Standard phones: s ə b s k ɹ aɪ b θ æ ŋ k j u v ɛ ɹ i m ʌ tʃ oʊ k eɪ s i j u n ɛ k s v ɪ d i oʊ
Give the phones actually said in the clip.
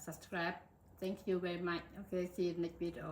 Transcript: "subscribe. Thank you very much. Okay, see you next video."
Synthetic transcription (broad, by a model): s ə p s k ɹ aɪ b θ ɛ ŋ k j u v ɛ ɹ i m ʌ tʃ oʊ k eɪ s i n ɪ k v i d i oʊ